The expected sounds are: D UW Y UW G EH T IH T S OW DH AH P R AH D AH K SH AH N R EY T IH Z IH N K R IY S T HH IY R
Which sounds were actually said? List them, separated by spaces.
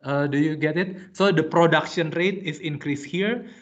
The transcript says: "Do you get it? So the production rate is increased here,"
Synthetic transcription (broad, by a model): D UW Y UW G EH T IH T S OW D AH P R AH D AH K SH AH N R EY T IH S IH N K R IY S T HH IY R